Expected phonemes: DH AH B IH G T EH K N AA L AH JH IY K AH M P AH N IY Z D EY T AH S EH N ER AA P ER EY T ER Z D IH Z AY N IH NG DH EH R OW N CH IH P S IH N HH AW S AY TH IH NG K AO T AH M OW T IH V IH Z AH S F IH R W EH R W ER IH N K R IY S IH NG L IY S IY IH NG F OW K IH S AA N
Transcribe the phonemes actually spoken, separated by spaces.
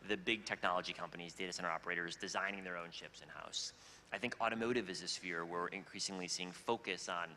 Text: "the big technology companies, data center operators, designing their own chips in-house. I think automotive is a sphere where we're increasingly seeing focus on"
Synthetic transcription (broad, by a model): DH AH B IH G T EH K N AA L AH JH IY K AH M P AH N IY Z D EY T AH S EH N ER AA P ER EY T ER Z D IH Z AY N IH NG DH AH R OW N SH IH P S IH N HH AW S AY TH IH NG K AO T AH M OW T IH V IH Z AH S F IH R W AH R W IH N K R IY S IH NG L IY S IY IH NG F OW K IH S N